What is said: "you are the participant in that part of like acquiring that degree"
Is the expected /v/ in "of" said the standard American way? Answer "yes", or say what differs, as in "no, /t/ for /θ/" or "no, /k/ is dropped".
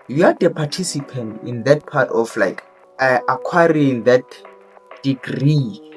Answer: no, /f/ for /v/